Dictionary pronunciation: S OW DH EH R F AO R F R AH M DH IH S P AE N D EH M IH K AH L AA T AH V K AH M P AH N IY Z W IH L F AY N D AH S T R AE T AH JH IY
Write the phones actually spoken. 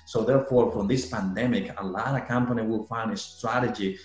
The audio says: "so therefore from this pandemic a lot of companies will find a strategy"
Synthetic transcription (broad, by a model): S OW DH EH R F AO R F R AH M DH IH S P AE N D EH M IH K AH L AA T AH K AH M P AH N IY W IH L F AY N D AH S T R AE T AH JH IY